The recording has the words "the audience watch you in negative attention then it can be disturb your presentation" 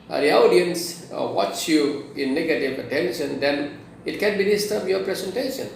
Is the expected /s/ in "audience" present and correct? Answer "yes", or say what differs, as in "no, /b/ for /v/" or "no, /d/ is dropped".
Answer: yes